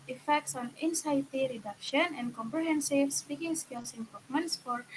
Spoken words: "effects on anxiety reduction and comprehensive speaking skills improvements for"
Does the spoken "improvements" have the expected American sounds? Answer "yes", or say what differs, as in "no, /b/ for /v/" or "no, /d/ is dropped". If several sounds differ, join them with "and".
no, /ɹ/ is dropped